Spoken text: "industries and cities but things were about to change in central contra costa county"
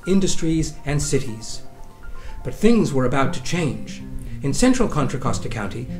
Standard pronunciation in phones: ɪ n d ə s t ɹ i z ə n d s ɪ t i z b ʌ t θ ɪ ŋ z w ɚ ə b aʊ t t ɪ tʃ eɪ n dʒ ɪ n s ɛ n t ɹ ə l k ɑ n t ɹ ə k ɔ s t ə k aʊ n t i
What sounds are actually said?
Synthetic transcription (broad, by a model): ɪ n d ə s t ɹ i z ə n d s ɪ t i z b ʌ t θ ɪ ŋ z w ɚ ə b aʊ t t ɪ tʃ eɪ n dʒ ɪ n s ɛ n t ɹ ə l k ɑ n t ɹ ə k ɔ s t ə k aʊ n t i